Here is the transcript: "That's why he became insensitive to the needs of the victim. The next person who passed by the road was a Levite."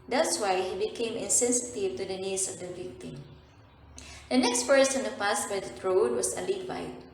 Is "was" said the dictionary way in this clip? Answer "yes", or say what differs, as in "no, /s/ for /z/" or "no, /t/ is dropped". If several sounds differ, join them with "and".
no, /s/ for /z/